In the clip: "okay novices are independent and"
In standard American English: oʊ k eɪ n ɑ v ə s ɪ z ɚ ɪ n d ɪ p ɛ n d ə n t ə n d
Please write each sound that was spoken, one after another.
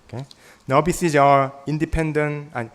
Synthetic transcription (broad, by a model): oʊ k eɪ n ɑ b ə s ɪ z ɚ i n d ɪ p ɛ n d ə n ə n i